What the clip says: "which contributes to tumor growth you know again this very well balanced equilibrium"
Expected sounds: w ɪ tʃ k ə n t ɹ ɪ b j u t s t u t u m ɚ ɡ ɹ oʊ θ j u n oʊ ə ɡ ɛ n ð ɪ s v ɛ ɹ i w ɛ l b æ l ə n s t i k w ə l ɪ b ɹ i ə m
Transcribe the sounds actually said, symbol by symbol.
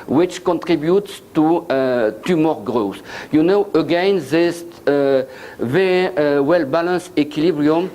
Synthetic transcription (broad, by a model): w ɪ tʃ k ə n t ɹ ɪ b j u t s t u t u m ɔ ɡ ɹ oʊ s j u n oʊ ə ɡ ɛ n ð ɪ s v ɛ ɹ i w ɛ l b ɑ l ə n s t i k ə l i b ɹ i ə m